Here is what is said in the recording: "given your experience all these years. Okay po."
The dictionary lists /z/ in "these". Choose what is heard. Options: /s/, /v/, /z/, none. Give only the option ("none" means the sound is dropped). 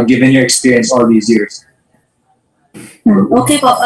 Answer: /z/